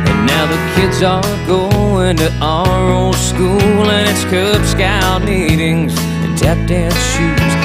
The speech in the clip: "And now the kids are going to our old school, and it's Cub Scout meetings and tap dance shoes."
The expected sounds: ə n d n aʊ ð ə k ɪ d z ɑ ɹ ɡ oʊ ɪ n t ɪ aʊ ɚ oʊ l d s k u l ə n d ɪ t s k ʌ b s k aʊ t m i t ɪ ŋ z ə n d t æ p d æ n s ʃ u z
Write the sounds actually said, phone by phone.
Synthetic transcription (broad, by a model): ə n n aʊ ð ə k ɪ d z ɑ l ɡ oʊ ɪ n t ɪ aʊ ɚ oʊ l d s k u l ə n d ɪ t s k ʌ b s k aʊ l m i t ɪ ŋ z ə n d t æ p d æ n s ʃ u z